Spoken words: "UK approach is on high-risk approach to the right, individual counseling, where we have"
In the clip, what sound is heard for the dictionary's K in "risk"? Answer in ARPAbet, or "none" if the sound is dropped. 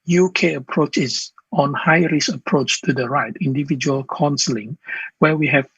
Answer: none